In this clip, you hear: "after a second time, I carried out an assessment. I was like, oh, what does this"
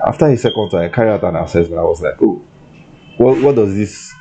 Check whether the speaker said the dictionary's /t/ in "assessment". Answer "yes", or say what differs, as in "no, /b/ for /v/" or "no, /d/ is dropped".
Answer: no, /t/ is dropped